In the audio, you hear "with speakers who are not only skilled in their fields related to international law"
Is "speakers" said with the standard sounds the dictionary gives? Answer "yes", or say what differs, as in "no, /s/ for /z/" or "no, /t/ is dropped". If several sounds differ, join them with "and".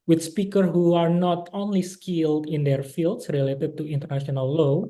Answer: no, /z/ is dropped